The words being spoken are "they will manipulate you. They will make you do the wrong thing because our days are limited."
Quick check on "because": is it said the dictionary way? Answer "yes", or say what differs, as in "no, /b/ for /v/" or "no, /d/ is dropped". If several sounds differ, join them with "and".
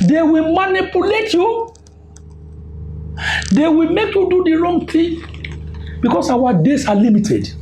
no, /s/ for /z/